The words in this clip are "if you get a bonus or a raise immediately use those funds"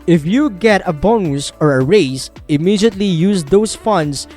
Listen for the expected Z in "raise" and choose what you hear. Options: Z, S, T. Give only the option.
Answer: S